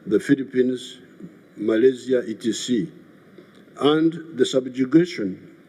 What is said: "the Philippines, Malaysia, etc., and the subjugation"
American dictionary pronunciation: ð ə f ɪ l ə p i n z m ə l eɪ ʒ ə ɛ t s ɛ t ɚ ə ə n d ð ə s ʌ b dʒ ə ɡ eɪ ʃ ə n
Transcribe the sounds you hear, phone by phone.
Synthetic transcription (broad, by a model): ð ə f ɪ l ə p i n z m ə l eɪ z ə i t i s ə ə n d ð ə s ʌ b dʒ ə ɡ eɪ ʃ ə n